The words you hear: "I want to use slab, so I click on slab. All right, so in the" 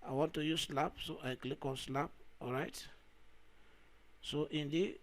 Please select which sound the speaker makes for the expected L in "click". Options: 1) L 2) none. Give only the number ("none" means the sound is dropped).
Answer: 1